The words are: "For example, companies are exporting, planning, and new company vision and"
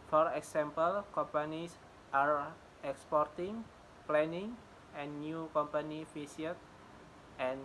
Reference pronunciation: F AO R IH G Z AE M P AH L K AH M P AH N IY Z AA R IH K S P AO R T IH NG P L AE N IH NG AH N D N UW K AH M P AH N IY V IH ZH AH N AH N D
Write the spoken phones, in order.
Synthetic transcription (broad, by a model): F AO R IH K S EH M P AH L K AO M P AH N IY S AA R IH K S P AO R T IH NG P L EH N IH NG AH N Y UW K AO M P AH N IY F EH S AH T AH N